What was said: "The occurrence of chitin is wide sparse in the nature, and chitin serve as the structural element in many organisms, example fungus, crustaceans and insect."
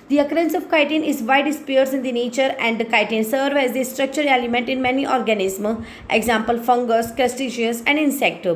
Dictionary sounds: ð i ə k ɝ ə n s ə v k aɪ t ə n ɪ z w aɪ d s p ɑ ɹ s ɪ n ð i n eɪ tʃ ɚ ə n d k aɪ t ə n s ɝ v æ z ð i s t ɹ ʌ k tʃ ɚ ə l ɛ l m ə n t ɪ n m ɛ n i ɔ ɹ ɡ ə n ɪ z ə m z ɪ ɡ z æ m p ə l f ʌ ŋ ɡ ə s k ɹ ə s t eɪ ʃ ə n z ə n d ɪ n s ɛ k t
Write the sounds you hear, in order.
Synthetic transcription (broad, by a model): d i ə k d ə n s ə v k aɪ t ə n ɪ z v aɪ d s p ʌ ɹ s ɪ n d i n eɪ tʃ ɚ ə n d k aɪ t ə n s ɝ v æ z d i s t ɹ ʌ k tʃ ɚ ə l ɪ m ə n t ɪ n m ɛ n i ɔ ɹ ɡ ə n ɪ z m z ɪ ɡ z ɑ m p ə l f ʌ ŋ ɡ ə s k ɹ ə s t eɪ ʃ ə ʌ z ə n d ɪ n s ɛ k t